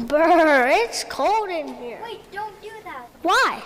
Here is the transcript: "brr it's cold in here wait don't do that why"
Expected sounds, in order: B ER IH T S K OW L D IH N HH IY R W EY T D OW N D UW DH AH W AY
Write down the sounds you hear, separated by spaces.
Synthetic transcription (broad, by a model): B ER IH T S K OW L D IH N HH IY R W D OW N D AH W AY